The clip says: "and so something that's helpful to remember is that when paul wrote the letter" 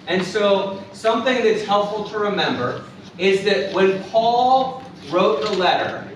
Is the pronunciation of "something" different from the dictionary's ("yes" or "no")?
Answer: no